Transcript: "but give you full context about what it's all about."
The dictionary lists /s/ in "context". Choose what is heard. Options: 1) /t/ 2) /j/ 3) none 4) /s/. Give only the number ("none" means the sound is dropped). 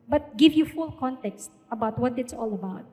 4